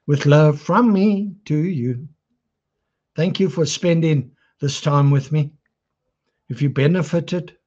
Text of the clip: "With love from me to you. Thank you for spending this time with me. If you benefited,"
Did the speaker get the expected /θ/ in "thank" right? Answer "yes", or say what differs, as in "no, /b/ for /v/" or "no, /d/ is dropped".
yes